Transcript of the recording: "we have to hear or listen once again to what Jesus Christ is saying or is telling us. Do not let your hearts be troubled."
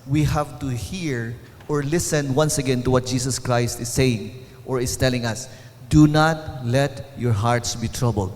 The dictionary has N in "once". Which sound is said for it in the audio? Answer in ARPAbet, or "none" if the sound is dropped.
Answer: N